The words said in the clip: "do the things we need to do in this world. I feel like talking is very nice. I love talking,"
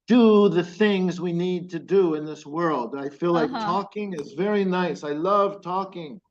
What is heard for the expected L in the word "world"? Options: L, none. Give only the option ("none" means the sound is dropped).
L